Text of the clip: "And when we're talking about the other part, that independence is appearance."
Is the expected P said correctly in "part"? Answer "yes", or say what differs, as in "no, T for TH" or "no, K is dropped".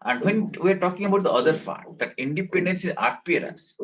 no, F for P